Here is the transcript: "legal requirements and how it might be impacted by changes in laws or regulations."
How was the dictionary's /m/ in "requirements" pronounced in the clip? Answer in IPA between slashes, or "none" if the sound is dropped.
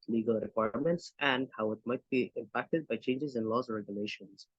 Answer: /m/